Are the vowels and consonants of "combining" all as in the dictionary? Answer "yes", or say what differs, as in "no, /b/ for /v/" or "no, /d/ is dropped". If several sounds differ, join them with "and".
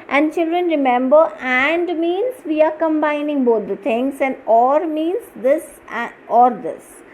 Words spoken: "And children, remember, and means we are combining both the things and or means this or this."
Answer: yes